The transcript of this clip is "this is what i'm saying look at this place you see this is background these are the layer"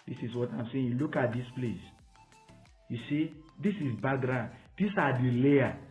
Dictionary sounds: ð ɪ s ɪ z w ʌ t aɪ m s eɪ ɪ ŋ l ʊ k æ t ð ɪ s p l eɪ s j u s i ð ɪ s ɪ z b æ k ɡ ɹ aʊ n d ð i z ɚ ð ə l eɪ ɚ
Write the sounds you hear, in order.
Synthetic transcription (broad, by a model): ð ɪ s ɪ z w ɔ t aɪ m s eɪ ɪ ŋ l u k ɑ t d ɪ s p l eɪ s j u s i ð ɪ s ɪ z b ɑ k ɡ ɹ aʊ n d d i s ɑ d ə l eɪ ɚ